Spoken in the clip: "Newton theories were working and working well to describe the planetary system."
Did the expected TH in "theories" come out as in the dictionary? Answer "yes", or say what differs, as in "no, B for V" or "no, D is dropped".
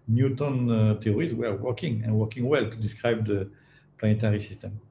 no, T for TH